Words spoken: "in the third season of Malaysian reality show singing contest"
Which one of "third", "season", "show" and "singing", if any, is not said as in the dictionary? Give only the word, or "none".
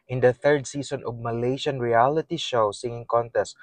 season